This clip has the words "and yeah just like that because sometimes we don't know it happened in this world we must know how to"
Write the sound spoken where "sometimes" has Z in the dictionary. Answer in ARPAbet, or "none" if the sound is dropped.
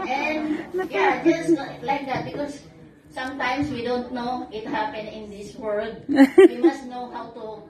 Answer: S